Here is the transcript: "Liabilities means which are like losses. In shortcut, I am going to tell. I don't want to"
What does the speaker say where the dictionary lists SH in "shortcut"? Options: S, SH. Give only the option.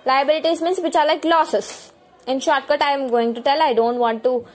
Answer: SH